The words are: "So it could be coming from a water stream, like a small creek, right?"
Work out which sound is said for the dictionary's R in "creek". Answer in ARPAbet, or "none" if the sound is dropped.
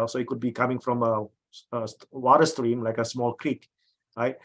R